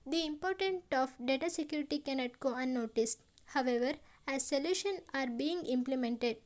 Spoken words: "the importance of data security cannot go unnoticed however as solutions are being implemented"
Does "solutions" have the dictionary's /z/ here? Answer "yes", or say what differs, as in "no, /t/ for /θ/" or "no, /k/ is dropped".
no, /z/ is dropped